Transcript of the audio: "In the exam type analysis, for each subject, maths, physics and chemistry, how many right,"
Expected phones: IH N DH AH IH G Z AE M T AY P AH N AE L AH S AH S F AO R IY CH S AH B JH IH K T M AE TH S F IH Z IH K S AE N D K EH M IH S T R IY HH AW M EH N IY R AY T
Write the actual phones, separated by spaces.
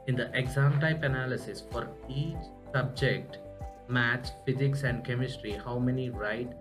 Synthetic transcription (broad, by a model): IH N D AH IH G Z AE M T AY P AH N AE L AH S AH S F AO R IY CH S AH B JH IH K T M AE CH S F IH Z IH K S AE N D K EH M IH S T R IY HH AW M EH N IY R AY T